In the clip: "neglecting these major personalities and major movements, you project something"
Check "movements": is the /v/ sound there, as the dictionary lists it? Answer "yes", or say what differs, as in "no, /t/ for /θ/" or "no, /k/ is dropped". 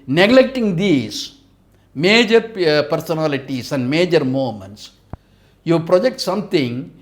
no, /v/ is dropped